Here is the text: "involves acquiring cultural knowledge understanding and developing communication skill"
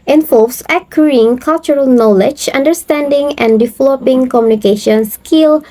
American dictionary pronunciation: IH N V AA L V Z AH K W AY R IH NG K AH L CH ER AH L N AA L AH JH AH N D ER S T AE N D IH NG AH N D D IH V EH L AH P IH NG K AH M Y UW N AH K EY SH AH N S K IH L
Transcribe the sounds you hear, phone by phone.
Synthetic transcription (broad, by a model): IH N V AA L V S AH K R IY IH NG K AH L CH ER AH L N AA L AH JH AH N D ER S T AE N D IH NG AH N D D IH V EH L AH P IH NG K AH M Y UW N AH K EY SH AH N S K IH L